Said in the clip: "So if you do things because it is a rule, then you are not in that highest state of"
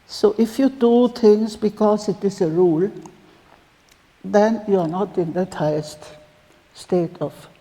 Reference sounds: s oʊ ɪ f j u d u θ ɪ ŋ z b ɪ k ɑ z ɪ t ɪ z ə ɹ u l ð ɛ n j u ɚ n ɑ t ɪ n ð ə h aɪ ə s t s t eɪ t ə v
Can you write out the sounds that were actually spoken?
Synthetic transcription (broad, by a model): s oʊ ɪ f j u d u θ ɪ ŋ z b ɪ k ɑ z ɪ t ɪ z ə ɹ u l ð ɛ n j u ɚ n ɑ t ɪ n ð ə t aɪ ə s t s t eɪ t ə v